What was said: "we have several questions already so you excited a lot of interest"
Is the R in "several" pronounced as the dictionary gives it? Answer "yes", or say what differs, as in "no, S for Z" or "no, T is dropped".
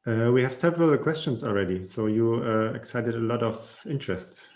yes